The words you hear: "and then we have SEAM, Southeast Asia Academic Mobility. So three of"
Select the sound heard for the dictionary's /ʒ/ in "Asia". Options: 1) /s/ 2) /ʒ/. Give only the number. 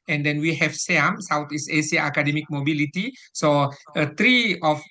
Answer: 1